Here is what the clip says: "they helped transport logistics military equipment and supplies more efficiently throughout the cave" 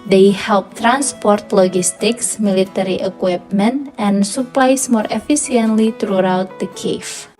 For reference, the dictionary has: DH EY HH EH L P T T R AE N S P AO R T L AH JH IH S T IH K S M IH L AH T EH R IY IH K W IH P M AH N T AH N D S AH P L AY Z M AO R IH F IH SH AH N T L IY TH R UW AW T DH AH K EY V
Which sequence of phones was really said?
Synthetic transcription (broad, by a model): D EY HH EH L P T T R AE N S P AO R T L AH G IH S T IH K S M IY L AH T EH R IY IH K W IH P M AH N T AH N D S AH P L AY S M AO R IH F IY S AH N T L IY T R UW AW T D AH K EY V